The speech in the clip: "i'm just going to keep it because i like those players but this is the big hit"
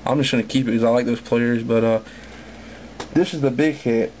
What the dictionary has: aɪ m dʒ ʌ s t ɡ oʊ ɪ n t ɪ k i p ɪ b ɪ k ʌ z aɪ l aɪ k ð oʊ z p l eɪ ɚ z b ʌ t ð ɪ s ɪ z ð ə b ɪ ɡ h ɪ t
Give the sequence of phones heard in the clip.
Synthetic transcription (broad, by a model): aɪ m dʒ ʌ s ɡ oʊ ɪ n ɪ k i p ɪ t k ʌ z aɪ l aɪ k ð oʊ z p l eɪ ɚ z b ʌ t ð ɪ s ɪ z ð ə b ɪ ɡ h ɪ t